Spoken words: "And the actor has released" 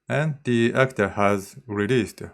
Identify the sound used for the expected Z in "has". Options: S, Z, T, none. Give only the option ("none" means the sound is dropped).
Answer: Z